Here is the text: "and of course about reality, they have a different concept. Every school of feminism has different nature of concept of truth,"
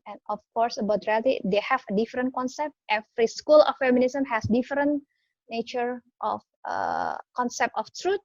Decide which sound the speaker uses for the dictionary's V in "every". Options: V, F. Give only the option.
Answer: F